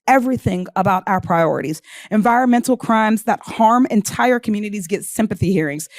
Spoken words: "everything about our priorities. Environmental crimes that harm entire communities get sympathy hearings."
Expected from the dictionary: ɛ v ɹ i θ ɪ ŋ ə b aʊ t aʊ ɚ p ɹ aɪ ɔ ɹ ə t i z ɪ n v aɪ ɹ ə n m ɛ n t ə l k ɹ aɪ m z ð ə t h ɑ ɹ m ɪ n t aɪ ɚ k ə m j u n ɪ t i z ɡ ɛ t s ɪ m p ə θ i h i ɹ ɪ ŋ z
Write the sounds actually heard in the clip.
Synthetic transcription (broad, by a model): ɛ v ɹ i θ ɪ ŋ ə b aʊ t aʊ ɚ p ɹ aɪ ɔ ɹ ə t i z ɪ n v aɪ ɹ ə n m ɛ n t l k ɹ aɪ m z ð ə t h ɑ ɹ m ɪ n t aɪ ɚ k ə m j u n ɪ t i z ɡ ɛ t s ɪ m p ə θ i h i ɹ ɪ ŋ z